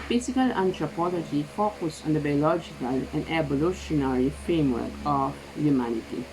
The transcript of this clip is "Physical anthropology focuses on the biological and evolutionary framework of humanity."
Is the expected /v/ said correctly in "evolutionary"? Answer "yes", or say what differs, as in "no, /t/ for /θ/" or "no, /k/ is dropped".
no, /b/ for /v/